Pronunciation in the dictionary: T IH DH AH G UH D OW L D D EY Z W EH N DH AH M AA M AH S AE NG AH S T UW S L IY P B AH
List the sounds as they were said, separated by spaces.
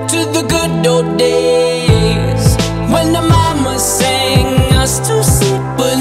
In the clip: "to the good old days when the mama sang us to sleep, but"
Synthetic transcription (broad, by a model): T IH DH AH G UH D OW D D EY Z W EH N DH AH M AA M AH S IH NG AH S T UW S IY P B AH